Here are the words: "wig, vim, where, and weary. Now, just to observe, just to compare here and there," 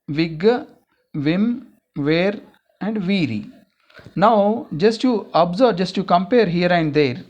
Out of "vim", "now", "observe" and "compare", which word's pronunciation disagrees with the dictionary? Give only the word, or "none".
observe